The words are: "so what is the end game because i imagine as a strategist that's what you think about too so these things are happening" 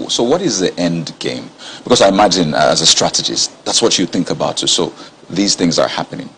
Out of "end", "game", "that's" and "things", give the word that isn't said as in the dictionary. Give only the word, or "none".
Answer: none